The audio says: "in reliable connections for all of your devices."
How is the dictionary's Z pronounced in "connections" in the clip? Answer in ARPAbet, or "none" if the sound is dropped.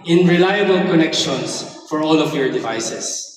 S